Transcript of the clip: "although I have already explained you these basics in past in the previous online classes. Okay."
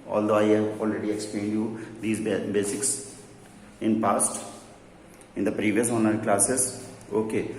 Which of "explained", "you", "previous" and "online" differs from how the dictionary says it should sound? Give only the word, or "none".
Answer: online